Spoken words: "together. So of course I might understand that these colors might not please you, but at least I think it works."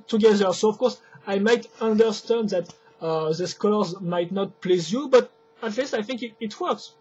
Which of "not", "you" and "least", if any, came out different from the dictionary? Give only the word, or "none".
none